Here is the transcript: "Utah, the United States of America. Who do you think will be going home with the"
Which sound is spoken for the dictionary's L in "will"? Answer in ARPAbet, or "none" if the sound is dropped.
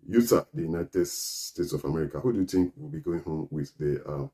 L